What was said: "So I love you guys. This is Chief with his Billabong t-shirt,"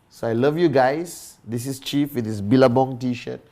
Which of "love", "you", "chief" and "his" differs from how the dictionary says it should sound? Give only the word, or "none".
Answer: his